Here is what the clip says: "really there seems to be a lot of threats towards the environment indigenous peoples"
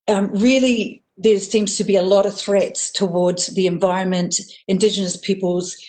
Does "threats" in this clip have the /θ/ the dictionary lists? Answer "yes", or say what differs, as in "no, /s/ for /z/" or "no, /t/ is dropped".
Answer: yes